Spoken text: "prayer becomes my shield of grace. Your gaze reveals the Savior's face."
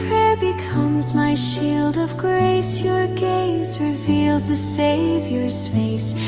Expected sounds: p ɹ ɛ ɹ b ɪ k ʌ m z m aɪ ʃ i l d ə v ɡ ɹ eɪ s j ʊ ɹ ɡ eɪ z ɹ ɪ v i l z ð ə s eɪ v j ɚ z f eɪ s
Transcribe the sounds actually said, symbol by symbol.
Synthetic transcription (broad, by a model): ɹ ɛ ɹ b ɪ k ʌ m z m aɪ ʃ i l d ə v ɡ ɹ eɪ s j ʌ ɹ ɡ eɪ z ɹ ɪ v i l z ð ə s eɪ v j ɚ z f eɪ s